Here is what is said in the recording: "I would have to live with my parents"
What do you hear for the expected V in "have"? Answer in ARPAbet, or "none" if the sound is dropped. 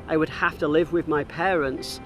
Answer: F